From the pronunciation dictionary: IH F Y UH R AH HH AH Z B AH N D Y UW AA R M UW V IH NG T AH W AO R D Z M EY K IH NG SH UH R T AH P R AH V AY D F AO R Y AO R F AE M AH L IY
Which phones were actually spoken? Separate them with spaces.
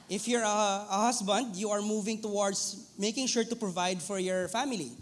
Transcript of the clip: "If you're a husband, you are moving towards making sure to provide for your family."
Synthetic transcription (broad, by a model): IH F Y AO R AH HH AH S B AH N D Y UW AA R M UW V IH NG T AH W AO R D S M EY K IH NG SH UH R T AH P R AH V AY D F AO R Y AO R F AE M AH L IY